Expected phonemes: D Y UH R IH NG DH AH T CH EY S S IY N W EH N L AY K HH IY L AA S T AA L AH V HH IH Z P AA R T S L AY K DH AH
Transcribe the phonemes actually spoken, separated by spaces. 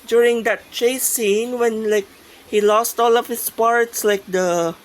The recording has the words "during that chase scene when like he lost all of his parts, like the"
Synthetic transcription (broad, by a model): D Y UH R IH NG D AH T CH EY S S IY N W EH N L AY K HH IY L AA S T AA L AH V HH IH S P AA R T S L AY K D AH